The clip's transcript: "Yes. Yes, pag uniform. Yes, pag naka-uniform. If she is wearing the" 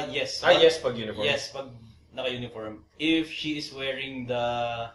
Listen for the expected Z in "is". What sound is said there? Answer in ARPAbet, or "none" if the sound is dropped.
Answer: S